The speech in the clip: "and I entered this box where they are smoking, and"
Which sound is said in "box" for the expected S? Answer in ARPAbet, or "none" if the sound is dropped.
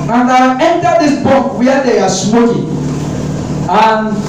none